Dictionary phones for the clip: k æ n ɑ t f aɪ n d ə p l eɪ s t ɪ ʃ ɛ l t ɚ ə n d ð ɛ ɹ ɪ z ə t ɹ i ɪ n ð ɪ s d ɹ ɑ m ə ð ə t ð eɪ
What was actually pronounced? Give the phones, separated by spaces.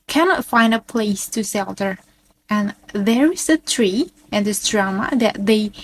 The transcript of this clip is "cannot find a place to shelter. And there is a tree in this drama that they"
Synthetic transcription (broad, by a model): k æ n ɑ t f aɪ n d ə p l eɪ s t ɪ s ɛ l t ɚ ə n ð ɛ ɹ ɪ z ə t ɹ i ɪ n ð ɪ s d ɹ ɑ m ə ð ə t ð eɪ